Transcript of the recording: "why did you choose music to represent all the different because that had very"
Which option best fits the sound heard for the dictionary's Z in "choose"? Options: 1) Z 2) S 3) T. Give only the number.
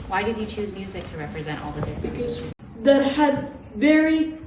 1